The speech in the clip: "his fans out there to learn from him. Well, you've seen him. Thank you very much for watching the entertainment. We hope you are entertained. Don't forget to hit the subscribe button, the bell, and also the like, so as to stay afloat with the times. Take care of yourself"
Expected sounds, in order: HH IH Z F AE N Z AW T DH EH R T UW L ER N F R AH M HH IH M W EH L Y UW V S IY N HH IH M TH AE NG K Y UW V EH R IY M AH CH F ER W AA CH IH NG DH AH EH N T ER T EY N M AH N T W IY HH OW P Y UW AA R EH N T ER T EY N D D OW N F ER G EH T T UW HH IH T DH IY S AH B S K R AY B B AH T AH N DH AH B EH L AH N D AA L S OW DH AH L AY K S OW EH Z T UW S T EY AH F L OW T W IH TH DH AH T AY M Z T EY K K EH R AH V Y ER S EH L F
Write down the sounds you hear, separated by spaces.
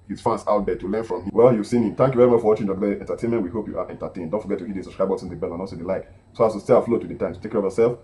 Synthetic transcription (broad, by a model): HH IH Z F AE N S AW T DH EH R T UW L ER N F R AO M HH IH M W EH L Y UW V S IY N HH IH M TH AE NG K Y UW V EH R IY M AH CH F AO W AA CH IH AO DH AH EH N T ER T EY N M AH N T W IY HH OW P Y UW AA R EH N T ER T EY N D D OW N F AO G EH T T UW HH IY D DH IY S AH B S K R AY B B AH S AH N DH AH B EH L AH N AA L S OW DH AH L AY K S OW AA S T UW S T EY AH F L OW T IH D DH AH T AY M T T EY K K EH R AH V Y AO S EH L F